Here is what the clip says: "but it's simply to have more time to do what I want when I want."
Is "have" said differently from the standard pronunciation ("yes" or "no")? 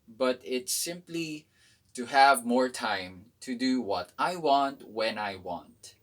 no